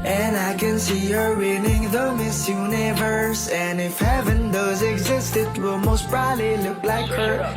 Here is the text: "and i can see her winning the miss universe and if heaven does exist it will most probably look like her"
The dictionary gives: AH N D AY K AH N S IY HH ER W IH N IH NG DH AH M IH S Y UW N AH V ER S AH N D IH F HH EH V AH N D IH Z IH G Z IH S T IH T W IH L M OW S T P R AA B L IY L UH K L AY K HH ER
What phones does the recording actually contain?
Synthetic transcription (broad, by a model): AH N AY K AH N S IY HH ER W IH N IH NG DH AH M IH S Y UW N AH V ER S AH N IH F HH EH V AH N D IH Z IH G Z IH S T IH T W IH L M OW S T B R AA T L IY L UH K L AY K HH ER